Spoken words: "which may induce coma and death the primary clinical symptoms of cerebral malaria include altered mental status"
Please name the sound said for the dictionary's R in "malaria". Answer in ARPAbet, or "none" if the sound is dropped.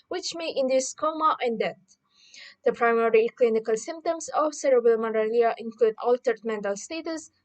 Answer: L